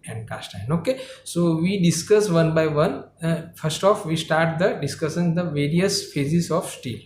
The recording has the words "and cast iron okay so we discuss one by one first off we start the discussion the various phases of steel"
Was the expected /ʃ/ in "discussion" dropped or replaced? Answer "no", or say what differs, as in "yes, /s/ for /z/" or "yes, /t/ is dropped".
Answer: yes, /s/ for /ʃ/